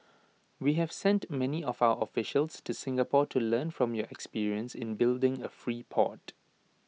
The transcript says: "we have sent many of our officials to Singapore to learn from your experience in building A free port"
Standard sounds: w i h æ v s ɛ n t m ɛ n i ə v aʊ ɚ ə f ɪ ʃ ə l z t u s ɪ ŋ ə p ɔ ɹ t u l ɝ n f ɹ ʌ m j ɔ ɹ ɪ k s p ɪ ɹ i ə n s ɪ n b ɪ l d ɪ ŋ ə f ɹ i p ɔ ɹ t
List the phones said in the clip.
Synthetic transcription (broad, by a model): w i h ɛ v s ɛ n t m ɛ n i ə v aʊ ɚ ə f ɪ ʃ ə l s t u s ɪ ŋ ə p ɔ t u l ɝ n f ɹ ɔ m j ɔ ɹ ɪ k s p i ɹ i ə n s ɪ n b ɪ l d ɪ ŋ ə f ɹ i p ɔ t